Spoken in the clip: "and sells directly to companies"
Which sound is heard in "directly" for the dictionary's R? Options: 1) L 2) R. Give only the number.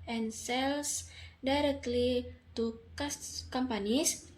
2